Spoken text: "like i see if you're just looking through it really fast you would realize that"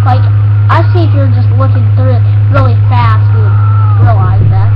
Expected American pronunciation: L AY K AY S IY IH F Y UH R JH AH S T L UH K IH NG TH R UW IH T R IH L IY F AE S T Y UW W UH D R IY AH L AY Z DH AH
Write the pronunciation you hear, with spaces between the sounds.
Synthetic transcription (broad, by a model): L AY K AY S IY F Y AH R JH AH S T W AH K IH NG TH R UW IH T R IH L IY F AE S T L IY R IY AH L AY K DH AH